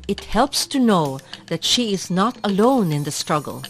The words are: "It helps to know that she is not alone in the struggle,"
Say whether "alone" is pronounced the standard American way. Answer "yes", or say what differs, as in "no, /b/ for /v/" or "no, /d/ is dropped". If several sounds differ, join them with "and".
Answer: yes